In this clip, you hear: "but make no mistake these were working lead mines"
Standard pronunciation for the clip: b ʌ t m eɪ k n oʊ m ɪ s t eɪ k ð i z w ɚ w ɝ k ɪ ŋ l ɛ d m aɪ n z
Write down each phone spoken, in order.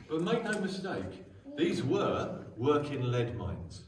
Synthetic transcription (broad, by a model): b ʌ t m eɪ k n oʊ m ɪ s t eɪ k ð i z w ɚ w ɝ k ɪ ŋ l ɛ d m aɪ n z